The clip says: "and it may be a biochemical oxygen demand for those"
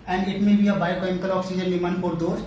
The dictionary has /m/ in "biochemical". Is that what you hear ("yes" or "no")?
no